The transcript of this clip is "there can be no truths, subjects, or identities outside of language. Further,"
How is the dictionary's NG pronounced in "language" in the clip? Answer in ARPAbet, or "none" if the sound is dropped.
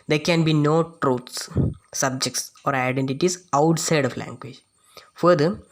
NG